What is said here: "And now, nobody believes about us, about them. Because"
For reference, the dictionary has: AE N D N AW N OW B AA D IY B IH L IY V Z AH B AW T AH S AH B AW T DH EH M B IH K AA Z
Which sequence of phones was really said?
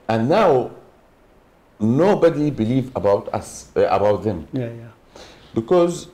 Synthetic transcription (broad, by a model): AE N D N AW N OW B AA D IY B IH L IY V AH B AW T AH S AH B AW T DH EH M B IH K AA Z